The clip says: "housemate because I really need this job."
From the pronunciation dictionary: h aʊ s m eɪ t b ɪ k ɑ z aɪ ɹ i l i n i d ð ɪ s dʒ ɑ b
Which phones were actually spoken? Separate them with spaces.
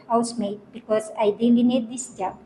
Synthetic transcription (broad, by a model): h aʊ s m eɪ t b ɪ k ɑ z aɪ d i n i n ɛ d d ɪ s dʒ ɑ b